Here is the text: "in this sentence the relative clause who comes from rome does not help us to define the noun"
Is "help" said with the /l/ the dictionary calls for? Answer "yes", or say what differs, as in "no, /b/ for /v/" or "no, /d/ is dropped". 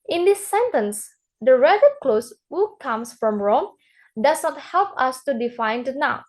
yes